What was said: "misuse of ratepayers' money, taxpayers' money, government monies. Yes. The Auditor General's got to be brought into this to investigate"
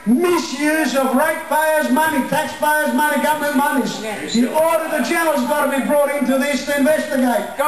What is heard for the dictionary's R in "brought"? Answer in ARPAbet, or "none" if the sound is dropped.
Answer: R